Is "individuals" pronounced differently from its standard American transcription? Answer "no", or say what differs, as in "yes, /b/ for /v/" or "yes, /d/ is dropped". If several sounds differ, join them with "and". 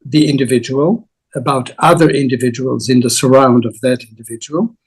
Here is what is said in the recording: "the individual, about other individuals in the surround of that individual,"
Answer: no